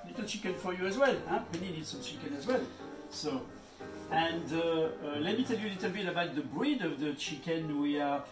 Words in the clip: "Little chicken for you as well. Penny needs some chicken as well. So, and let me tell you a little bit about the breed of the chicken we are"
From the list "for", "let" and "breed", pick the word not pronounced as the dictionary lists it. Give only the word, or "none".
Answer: none